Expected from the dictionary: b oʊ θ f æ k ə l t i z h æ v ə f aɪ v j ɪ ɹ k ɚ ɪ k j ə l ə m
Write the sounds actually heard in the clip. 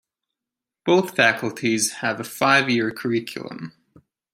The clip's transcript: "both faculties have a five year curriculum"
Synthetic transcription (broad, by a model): b oʊ θ f æ k ə l t i z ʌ v ə f aɪ v j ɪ ɹ k ɚ ɪ k j ə l ə m